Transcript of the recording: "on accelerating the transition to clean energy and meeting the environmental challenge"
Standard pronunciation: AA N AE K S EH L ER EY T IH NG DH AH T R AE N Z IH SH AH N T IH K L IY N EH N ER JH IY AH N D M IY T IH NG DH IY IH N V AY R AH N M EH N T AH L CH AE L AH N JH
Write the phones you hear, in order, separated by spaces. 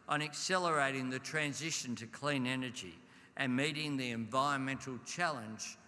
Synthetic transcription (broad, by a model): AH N AE K S EH L ER EY T IH NG DH AH T R AE N Z IH SH AH N T IH K L IY N EH N ER JH IY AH N M IY T IH NG DH IY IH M V AY R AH N M EH N T L CH AE L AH N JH